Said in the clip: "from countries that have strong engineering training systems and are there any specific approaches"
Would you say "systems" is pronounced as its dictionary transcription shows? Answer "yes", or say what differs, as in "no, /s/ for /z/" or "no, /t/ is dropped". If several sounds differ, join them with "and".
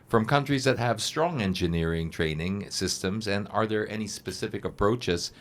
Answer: yes